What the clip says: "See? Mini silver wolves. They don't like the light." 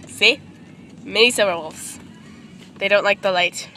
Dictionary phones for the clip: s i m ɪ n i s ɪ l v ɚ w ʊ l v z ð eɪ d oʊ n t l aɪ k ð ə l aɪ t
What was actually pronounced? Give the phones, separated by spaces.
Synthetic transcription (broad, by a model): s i m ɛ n i s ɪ v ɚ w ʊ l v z ð eɪ d oʊ n t l aɪ k ð ə l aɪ t